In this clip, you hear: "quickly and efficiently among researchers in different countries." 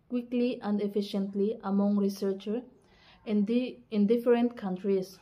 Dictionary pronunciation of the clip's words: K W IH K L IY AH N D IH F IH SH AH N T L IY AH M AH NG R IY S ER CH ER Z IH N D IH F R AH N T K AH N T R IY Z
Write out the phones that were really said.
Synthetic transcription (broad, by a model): K W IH K L IY AH N D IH F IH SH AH N T L IY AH M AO NG R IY S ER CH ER IH N D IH F R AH N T K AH N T R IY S